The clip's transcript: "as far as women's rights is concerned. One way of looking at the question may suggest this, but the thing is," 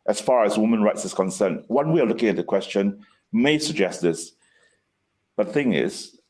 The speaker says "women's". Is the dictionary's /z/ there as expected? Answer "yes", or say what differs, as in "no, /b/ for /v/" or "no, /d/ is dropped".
no, /z/ is dropped